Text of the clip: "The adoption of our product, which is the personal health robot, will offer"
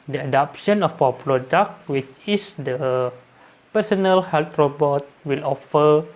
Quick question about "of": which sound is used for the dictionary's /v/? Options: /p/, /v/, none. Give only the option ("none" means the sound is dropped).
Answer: /p/